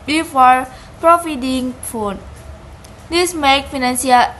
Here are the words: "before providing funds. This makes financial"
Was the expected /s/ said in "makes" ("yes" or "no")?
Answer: no